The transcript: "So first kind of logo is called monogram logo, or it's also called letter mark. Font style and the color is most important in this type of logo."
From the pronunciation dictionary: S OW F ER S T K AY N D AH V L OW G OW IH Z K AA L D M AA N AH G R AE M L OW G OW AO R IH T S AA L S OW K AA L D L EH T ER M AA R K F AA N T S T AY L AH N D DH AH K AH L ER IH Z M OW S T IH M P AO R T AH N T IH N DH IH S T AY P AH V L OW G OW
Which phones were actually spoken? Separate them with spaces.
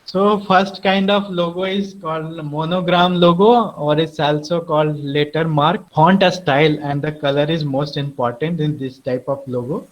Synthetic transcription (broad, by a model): S OW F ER S T K AY N D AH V L OW G OW IH Z K AA L D M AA N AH G R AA M L OW G OW AO R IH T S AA L S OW K AA L D L EH T ER M AA R K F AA N T S T AY L AH N D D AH K AH L ER IH Z M OW S T IH M P AO R T AH N T IH N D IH S T AY P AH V L OW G OW